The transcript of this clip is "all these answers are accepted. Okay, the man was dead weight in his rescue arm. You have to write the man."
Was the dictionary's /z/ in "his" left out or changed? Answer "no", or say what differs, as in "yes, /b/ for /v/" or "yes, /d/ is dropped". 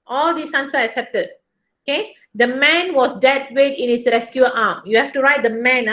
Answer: yes, /s/ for /z/